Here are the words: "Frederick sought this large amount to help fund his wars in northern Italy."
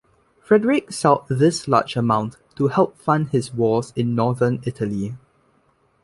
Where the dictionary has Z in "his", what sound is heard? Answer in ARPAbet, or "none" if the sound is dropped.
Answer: S